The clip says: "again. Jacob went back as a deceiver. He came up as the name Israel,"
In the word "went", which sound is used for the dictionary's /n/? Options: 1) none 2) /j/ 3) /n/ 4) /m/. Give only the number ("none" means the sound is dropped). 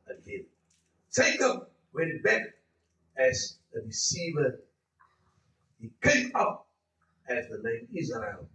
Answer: 1